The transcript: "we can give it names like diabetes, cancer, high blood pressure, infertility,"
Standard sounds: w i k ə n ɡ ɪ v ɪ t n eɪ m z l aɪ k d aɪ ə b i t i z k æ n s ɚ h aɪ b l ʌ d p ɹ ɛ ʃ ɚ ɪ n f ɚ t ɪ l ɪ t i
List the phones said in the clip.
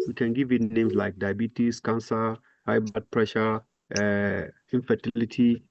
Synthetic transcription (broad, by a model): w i k ə n ɡ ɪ v ɪ t n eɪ m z l aɪ k d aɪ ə b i t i s k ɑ n s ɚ h aɪ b ʌ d p ɹ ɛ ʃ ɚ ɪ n f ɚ t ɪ l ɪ t i